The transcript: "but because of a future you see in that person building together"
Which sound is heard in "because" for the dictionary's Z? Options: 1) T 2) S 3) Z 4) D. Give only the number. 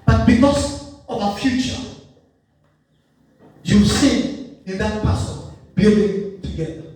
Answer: 2